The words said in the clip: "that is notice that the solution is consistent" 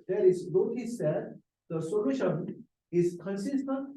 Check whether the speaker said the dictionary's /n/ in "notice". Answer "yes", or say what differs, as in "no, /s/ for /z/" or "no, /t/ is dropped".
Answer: no, /l/ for /n/